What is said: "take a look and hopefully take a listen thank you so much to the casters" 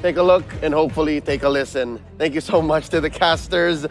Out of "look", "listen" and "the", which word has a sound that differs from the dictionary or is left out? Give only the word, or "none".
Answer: none